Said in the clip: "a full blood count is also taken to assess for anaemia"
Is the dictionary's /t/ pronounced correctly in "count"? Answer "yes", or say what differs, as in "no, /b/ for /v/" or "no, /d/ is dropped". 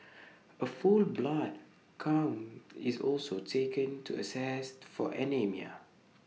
no, /t/ is dropped